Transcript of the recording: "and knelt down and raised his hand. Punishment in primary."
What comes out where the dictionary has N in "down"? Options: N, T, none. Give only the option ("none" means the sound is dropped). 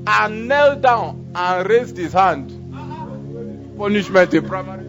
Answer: N